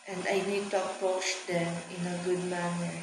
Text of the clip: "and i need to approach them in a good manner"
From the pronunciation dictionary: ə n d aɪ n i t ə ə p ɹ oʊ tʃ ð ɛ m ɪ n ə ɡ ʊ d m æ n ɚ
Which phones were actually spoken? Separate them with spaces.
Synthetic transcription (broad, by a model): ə n d aɪ n i t ə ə p oʊ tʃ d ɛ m ɪ n ə ɡ ʊ d m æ n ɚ